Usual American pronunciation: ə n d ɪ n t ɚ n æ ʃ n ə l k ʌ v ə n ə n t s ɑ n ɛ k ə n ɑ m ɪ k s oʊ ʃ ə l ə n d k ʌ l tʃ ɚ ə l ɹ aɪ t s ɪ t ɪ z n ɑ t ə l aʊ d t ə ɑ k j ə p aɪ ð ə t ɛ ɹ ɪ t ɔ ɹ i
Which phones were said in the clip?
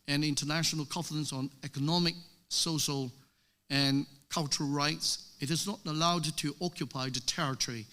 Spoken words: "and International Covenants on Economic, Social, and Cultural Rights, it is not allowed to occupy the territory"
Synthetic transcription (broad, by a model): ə n ɪ n t ɚ n æ ʃ n ə l k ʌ f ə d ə n s n ɛ k ə n ɑ m ɪ k s oʊ ʃ ə l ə n k ʌ l tʃ ɚ ə l ɹ aɪ t s ɪ t ɪ z n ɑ t ə l aʊ d t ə ɑ k j ə p aɪ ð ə t ɛ ɹ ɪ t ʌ ɹ i